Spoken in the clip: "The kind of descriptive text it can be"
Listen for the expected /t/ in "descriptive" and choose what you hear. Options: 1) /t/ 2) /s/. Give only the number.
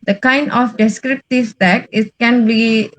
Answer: 1